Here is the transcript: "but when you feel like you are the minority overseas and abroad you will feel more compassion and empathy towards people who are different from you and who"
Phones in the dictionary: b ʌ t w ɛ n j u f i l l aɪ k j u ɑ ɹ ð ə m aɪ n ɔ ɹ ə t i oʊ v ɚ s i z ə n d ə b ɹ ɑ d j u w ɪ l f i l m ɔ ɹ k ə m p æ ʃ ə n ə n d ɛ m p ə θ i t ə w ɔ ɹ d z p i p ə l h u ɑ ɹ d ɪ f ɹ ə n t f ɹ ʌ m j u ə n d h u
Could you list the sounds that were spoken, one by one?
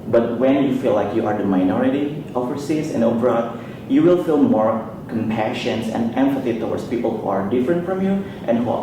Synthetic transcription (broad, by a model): b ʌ t w ɛ n j u f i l l aɪ k j u ɑ ɹ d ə m aɪ n ɔ ɹ ə t i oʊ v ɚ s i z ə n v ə ɹ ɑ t j u w ɪ l f i l m ɔ ɹ k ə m p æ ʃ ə n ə n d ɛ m f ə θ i t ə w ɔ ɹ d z p i p ə l h u ɑ ɹ d ɪ f ɹ ə n t f ɹ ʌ m j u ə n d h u